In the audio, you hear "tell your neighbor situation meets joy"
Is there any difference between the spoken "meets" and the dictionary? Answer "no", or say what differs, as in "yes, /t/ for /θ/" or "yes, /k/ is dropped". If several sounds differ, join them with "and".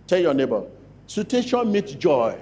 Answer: yes, /s/ is dropped